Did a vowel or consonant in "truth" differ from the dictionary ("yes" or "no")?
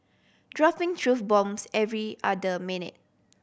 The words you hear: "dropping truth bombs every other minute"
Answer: yes